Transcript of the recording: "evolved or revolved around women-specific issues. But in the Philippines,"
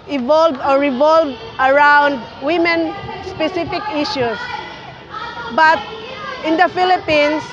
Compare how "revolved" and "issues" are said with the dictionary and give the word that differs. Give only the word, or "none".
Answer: issues